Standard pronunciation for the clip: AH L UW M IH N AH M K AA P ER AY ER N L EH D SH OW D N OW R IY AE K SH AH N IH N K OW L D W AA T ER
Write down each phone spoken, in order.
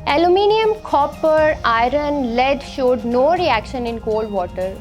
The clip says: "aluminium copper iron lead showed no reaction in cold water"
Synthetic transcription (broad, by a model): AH L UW M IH N AH M K AA P ER AY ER N L EH D SH OW D N OW R IY AE K SH AH N IH N K OW L D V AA T ER